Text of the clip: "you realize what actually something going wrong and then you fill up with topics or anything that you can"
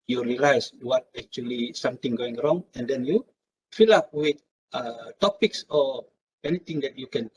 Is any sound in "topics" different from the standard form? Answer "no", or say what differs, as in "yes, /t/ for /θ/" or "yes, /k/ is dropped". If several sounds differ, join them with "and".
no